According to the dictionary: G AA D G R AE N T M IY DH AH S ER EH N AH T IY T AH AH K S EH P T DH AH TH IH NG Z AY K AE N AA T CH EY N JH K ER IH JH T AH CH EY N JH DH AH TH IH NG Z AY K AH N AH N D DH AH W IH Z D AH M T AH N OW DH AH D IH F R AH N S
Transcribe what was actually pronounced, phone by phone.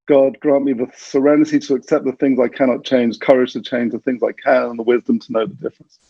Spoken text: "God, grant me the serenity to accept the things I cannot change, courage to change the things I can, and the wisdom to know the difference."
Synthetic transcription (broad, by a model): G AA D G R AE N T M IY DH AH S ER EH N AH T IY T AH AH K S EH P DH AH TH IH NG Z AY K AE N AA T CH EY N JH K ER IH JH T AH CH EY N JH DH AH TH IH NG Z AY K AH N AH N DH AH W IH Z D AH M T AH N OW DH AH D IH F R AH N S